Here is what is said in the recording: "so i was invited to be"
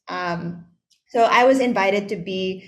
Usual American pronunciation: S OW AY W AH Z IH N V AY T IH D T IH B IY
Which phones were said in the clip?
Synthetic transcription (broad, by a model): S OW AY W AH Z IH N V AY T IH D T IH B IY